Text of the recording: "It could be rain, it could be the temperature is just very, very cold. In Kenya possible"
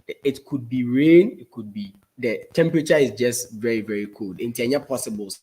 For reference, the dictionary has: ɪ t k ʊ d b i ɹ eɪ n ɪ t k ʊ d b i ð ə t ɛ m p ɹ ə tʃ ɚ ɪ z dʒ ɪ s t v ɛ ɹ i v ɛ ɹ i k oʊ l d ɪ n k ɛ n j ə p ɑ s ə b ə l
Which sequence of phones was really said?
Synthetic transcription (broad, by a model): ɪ t k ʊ d b i ɹ eɪ n ɪ t k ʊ d b i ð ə t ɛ m p ɹ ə tʃ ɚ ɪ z dʒ ɪ s t v ɛ ɹ i v ɛ ɹ i k oʊ l d ɪ n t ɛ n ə p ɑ s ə b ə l